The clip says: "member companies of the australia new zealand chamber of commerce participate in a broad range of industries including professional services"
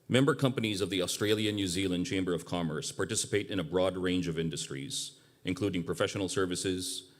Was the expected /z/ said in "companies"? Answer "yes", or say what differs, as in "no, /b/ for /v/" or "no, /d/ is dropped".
yes